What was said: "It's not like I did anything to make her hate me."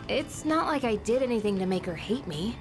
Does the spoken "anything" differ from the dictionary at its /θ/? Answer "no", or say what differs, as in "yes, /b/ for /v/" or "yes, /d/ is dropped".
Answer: no